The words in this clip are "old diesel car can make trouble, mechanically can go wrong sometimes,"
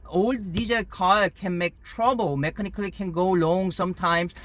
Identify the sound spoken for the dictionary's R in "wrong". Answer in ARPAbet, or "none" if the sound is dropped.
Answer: L